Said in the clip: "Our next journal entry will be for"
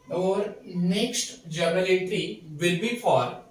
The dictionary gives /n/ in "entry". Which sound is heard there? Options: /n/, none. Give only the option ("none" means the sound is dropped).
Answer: none